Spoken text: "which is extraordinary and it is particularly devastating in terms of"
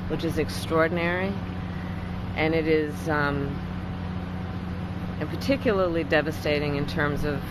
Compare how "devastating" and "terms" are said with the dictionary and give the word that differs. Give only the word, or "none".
none